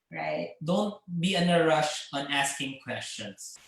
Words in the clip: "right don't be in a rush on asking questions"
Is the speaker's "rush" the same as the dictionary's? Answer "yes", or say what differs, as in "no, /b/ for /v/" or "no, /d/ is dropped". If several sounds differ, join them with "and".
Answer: yes